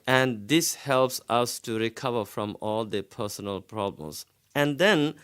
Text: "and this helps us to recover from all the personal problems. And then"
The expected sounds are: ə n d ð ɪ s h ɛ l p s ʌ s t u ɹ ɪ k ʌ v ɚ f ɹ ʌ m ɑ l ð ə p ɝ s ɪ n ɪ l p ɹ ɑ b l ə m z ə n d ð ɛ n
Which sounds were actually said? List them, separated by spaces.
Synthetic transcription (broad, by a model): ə n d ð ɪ s h ɛ l p s ʌ s t u ɹ ɪ k ʌ v ɚ f ɹ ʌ m ɑ l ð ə p ɝ s ɪ n ɪ l p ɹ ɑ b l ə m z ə n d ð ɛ n